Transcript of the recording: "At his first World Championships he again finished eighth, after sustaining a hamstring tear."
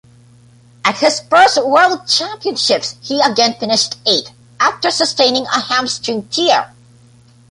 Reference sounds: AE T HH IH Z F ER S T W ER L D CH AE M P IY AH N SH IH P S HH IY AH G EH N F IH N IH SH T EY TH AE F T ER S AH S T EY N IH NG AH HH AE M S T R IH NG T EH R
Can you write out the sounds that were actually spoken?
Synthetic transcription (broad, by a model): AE T HH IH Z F ER S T W ER L D CH AE M P IY AH N SH IH P S HH IY AH G EH N F IH N IH SH T EY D AE F T ER S AH S T EY N IH NG AH HH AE M S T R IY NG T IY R